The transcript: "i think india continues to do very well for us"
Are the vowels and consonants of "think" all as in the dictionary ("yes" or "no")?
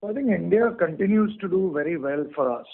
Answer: no